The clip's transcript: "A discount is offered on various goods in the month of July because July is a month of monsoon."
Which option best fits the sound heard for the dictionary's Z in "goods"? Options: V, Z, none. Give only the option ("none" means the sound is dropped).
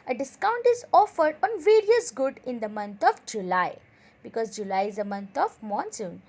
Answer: none